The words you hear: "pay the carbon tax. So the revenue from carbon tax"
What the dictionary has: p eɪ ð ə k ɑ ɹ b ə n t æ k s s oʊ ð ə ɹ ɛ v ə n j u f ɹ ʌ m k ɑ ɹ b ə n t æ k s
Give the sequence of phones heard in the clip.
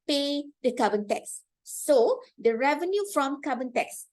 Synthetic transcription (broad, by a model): p eɪ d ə k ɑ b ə n t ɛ k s s oʊ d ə ɹ ɛ v ə n j u f ɹ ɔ m k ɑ b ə n t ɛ k s